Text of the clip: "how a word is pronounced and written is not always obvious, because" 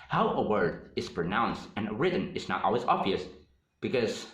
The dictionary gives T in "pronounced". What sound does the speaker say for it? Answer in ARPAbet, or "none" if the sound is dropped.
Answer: T